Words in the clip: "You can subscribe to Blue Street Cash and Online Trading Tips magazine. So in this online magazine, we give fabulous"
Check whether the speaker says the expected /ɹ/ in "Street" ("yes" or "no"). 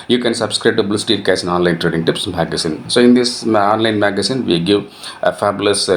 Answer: no